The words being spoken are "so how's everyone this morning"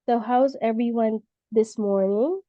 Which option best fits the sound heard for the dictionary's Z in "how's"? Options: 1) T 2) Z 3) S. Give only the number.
2